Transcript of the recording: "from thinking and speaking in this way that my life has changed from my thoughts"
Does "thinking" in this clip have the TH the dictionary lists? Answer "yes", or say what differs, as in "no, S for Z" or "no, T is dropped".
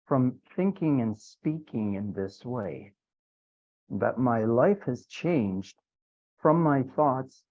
yes